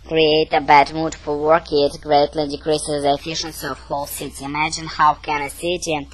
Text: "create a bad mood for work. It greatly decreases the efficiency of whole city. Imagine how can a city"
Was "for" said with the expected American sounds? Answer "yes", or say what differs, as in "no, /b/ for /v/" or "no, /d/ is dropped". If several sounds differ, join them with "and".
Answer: no, /l/ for /ɹ/